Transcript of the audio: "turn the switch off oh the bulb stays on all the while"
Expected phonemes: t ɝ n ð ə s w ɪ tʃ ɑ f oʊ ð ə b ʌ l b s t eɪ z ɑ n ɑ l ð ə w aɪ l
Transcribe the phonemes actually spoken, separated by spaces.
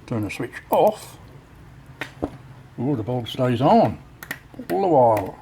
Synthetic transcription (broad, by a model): t ɝ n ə s w ɪ tʃ ɑ f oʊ ð ə b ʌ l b s t eɪ z n ɑ l ð ə w aɪ l